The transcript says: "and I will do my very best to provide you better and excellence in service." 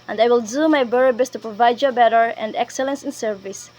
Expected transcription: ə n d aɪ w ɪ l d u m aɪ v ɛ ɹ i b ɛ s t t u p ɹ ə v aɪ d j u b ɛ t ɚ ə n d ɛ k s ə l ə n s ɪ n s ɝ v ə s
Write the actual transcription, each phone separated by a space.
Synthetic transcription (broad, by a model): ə n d aɪ w ɪ l d u m aɪ b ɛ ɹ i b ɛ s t t u p ɹ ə v aɪ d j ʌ b ɛ t ɚ ə n d ɛ k s ə l ə n s ɪ n s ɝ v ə s